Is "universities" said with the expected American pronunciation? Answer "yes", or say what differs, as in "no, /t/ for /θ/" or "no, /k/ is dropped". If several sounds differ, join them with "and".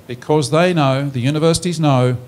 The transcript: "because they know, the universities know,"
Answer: yes